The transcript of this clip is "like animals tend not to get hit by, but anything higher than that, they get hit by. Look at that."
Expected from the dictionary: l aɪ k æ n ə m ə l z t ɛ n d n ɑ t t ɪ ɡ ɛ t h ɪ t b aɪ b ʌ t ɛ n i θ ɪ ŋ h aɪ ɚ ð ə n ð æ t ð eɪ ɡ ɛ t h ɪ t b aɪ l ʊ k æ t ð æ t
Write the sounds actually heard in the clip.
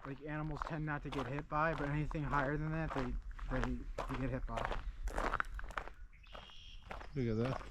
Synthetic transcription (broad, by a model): l aɪ k æ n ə m l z t ɛ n n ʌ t t ɪ ɡ ɛ t h ɪ t b aɪ b ʌ t ɛ n i θ ɪ ŋ h aɪ ɚ ð ə n ð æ t ð eɪ ɡ ɛ t h ɪ t b aɪ w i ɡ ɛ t ð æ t